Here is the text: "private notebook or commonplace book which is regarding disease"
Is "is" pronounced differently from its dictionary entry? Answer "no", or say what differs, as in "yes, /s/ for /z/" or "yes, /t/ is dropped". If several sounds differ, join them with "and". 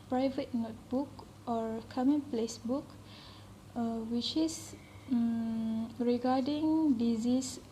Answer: yes, /s/ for /z/